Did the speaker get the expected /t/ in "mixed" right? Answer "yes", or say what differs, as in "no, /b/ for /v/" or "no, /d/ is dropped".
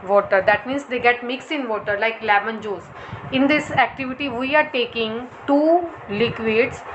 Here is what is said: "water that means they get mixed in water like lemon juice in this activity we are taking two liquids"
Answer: no, /t/ is dropped